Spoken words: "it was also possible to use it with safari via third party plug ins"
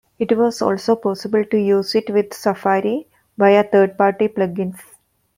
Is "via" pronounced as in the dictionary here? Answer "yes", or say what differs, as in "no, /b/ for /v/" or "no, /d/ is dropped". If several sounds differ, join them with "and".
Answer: no, /b/ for /v/